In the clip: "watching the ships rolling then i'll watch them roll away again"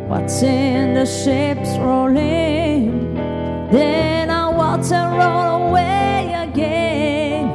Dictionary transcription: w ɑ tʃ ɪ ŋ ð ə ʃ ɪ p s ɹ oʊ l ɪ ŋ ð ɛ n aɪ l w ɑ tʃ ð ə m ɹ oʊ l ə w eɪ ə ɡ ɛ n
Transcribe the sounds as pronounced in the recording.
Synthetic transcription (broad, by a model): w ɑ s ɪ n ð ə ʃ ɪ p s ɹ oʊ l ɪ ŋ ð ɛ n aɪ w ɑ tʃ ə ɹ oʊ l ə w eɪ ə ɡ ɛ n